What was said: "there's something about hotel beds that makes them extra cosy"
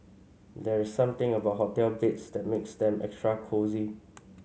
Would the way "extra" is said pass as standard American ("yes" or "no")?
yes